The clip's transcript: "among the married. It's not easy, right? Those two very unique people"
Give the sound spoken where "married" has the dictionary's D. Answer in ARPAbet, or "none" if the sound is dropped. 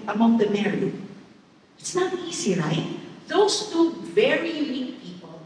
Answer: none